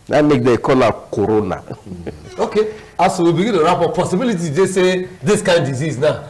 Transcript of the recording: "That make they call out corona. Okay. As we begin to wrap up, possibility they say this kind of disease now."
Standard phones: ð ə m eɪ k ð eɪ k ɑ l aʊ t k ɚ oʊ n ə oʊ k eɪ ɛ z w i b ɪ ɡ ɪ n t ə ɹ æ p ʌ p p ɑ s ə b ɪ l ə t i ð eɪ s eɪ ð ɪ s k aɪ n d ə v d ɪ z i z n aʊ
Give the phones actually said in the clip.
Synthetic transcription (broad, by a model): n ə m eɪ k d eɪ k ɑ l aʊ k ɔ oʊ n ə oʊ k eɪ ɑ s w i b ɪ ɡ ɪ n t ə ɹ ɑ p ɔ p p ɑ s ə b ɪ l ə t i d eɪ s eɪ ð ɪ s k aɪ n d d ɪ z i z n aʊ